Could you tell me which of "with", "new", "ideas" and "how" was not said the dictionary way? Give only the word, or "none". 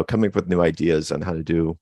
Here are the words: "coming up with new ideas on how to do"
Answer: none